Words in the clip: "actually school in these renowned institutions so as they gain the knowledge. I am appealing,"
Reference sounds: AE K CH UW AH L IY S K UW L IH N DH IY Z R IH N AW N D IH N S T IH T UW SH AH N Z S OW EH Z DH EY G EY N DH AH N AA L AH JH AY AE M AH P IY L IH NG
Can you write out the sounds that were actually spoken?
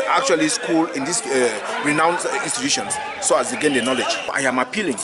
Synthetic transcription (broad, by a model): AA K CH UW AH L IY S K UW L IH N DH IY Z R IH N AW N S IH N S T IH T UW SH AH N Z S OW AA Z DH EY G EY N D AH N AA L AH JH AY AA M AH P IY L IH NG